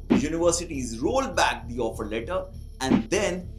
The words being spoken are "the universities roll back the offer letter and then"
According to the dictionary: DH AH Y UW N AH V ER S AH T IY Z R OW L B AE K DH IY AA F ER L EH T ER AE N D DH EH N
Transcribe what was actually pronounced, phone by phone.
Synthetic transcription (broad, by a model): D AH Y UW N AH V ER S AH T IY Z R OW L B AE K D IY AA F ER L EH T ER AE N D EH N